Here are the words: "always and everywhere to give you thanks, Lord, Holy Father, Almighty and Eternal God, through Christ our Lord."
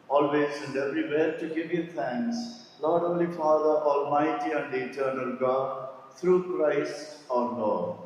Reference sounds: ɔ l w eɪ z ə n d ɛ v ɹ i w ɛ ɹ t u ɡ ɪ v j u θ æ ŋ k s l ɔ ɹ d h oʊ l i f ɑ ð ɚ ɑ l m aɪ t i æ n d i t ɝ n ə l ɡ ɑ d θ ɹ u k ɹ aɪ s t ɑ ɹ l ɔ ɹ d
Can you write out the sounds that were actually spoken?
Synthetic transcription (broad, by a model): ɔ l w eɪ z ə n d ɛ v ɹ i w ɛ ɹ t u ɡ ɪ v j u t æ ŋ k s l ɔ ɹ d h oʊ l i f ɑ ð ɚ ɑ l m aɪ t i æ n d i t ɝ n ə l ɡ ɑ d t ɹ u k ɹ aɪ s t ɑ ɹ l ɔ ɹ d